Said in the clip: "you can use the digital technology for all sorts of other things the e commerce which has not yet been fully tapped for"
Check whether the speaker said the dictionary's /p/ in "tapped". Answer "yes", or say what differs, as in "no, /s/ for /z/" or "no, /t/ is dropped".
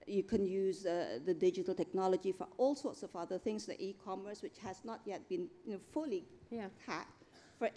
no, /p/ is dropped